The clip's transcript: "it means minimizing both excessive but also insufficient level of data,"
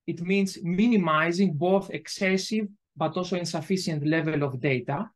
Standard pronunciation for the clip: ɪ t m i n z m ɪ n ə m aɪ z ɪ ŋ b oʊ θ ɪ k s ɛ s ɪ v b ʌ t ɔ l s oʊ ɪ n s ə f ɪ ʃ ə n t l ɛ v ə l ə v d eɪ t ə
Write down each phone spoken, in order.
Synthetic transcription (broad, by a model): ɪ t m i n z m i n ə m aɪ z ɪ ŋ b oʊ θ ɪ k s ɛ s ɪ v b ʌ t ɔ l s oʊ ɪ n s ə f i s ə n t l ɛ v ə l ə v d eɪ t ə